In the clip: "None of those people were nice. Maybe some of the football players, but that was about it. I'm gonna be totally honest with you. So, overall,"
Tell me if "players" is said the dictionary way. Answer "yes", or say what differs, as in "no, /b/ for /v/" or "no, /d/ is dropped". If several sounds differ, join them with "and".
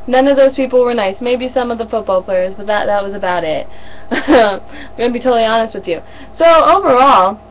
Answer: yes